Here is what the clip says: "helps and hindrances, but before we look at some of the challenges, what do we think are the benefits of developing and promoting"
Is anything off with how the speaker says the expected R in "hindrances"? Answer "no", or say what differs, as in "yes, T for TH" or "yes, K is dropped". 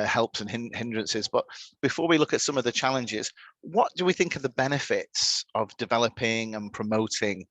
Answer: no